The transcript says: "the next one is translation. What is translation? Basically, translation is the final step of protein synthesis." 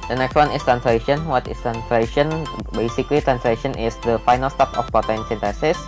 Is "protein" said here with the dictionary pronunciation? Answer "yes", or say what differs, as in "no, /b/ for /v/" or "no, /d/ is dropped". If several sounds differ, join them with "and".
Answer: no, /ɹ/ is dropped